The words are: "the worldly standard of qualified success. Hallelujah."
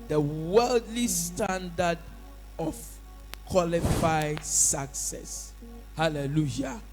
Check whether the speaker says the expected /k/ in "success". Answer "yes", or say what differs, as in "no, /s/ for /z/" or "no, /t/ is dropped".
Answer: yes